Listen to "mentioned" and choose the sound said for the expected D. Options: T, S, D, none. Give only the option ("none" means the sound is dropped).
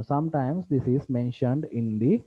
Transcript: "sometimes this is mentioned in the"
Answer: D